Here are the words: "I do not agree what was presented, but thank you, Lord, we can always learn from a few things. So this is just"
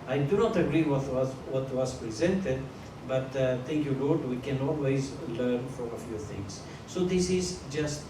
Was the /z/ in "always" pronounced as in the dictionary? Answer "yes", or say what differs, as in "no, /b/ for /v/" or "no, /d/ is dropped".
yes